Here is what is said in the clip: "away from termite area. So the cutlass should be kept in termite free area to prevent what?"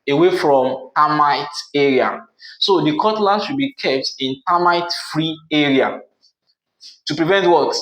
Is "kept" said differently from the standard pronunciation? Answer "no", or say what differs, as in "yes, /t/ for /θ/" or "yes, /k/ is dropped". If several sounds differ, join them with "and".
no